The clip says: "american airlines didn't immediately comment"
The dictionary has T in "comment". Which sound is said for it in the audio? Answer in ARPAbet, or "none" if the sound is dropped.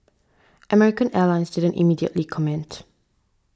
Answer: T